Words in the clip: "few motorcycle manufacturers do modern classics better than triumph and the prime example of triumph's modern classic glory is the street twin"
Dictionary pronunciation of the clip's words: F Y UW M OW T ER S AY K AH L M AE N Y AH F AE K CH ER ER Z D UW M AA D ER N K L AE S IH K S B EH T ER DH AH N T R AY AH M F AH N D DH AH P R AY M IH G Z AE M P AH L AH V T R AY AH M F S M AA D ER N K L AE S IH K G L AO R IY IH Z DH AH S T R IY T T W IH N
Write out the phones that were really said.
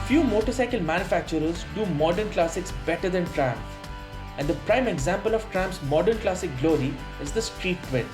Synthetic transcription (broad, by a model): F Y UW M OW T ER S AY K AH L M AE N Y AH F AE K CH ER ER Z D UW M AA D ER N K L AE S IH K S B EH T ER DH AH N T R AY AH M AH N D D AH P R AY M IH G Z AE M P AH L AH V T R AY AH M P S M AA D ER N K L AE S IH K G L AO R IY IH Z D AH S T R IY T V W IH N